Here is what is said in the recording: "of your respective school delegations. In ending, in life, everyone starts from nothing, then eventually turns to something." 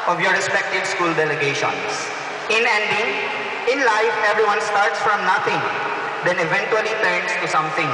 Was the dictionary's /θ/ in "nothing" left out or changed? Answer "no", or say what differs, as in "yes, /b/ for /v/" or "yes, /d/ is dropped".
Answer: yes, /t/ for /θ/